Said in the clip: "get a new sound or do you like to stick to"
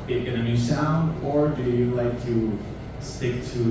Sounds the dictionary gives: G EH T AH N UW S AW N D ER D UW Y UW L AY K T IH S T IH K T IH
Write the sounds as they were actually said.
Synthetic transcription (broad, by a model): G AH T AH N UW S AW N D ER D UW Y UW L AY K T IH S T IH K T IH